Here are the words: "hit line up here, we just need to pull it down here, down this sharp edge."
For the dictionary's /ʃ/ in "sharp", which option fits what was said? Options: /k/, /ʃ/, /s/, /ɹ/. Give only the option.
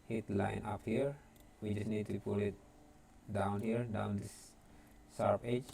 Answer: /s/